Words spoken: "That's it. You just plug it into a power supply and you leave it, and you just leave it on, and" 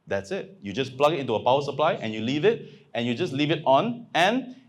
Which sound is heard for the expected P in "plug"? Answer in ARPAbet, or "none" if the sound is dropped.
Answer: P